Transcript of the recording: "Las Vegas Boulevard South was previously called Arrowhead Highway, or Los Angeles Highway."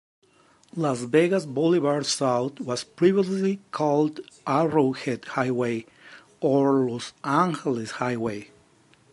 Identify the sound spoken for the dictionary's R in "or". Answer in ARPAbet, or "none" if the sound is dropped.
R